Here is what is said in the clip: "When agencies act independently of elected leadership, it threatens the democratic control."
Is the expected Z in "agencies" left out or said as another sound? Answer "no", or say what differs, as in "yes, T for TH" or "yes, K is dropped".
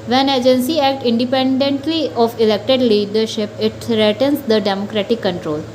yes, Z is dropped